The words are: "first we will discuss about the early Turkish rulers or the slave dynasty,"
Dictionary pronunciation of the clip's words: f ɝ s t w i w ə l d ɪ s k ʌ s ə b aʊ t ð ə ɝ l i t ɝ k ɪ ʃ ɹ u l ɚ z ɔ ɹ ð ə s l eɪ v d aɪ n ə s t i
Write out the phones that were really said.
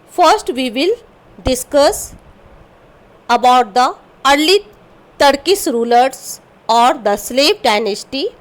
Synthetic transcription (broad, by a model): f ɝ s t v i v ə l d ɪ s k ʌ s ə b aʊ t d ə ɝ l i t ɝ k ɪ s ɹ u l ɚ s ɔ ɹ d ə s l eɪ v d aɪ n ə s t i